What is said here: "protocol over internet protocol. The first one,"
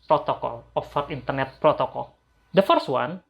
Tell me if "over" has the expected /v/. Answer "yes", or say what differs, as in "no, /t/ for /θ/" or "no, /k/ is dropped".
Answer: no, /f/ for /v/